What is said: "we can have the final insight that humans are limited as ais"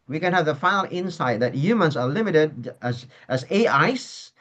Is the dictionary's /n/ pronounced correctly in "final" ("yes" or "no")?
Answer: no